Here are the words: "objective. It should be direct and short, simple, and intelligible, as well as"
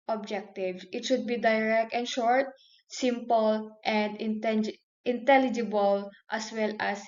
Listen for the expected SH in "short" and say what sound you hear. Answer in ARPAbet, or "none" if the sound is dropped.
SH